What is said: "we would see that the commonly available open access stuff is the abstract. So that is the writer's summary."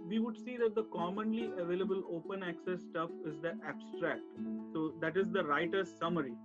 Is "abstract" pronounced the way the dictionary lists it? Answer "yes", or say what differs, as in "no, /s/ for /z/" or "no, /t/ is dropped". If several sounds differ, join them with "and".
yes